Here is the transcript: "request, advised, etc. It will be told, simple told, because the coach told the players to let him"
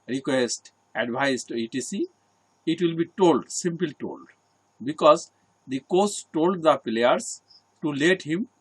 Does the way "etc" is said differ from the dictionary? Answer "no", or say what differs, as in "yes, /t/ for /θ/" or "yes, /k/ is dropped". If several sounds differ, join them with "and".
yes, /s/ is dropped